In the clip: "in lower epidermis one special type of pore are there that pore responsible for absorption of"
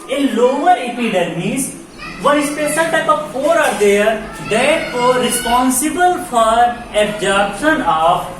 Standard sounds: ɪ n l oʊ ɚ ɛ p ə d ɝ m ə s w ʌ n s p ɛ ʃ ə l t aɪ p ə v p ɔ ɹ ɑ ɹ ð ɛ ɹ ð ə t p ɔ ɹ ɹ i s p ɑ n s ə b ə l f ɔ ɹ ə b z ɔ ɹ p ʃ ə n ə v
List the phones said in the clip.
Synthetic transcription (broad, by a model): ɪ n l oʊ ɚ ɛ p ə d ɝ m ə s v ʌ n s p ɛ s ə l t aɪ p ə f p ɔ ɹ ɑ ɹ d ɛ ɹ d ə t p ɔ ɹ ɹ i s p ɑ n s ə b ə l f ɔ ɹ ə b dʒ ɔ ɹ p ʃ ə n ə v